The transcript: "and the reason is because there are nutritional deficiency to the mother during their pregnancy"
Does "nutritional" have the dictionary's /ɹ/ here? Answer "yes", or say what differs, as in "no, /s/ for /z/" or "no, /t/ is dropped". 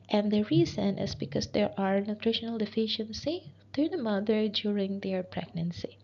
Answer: yes